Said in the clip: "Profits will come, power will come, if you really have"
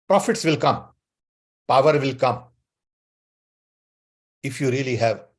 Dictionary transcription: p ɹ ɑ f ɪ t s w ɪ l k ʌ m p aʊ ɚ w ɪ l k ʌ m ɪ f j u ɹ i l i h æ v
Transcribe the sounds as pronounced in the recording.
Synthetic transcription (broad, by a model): p ɹ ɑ f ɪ t s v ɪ l k ʌ m p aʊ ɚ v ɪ l k ʌ m ɪ f j u ɹ i l i h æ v